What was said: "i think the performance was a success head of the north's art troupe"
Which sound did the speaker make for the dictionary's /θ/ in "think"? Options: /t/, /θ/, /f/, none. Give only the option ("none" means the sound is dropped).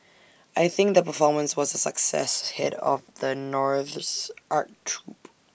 /θ/